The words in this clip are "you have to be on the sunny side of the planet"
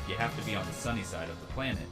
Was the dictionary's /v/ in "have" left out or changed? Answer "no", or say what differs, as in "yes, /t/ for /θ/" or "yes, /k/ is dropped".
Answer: yes, /f/ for /v/